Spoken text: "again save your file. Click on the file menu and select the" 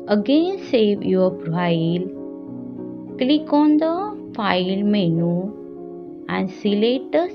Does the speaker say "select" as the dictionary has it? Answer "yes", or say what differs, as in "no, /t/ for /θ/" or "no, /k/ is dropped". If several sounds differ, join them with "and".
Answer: no, /k/ is dropped